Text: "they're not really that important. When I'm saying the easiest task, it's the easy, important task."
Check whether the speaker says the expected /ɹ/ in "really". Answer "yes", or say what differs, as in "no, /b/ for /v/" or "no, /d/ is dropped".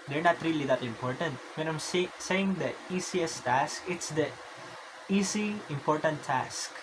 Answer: yes